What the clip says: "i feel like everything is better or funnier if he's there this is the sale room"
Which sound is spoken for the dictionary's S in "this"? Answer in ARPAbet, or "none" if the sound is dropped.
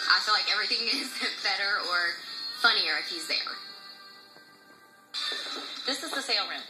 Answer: S